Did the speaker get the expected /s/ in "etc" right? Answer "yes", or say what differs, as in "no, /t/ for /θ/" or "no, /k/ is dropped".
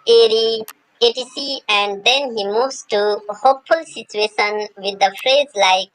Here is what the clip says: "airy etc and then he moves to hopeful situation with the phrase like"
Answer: no, /s/ is dropped